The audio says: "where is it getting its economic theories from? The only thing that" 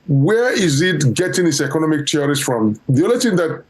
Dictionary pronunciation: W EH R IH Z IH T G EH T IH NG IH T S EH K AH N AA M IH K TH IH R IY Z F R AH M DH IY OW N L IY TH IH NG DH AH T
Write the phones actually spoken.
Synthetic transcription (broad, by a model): W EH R IH Z IH T G EH T IH NG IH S EH K AH N AA M IH K T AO R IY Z F R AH M DH IY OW L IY T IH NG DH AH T